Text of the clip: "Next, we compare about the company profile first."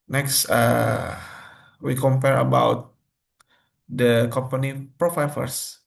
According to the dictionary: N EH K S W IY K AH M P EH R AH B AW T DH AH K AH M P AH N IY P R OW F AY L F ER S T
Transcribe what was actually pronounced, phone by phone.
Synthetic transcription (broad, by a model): N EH K S W IY K AH M P EH R AH B AW T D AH K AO M P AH N IY P R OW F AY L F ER S